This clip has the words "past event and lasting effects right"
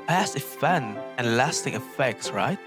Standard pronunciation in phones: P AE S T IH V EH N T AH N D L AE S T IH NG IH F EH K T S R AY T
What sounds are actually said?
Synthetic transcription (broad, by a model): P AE S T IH F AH N AH N L AE S T IH NG IH F EH K T S R AY T